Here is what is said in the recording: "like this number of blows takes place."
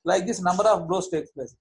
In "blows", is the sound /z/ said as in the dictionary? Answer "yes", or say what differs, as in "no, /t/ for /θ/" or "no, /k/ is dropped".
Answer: no, /s/ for /z/